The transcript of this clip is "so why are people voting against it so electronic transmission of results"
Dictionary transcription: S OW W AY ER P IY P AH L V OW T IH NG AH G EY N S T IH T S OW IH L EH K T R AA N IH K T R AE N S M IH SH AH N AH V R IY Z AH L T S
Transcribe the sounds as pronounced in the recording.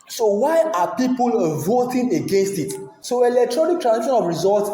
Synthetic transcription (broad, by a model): S OW W AY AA P IY P AH L V OW T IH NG AH G EY N S T IH T S OW IH L EH K T R AA N IH K T R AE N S IY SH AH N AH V R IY Z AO L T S